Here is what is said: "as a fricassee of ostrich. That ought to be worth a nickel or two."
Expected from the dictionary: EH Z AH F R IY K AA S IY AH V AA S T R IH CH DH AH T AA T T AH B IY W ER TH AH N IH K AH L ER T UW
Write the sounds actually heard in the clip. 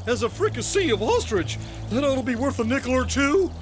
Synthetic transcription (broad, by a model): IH Z AH F R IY K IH S IY AH V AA S T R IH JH DH AH T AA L B IY W ER TH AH N IH K L ER T UW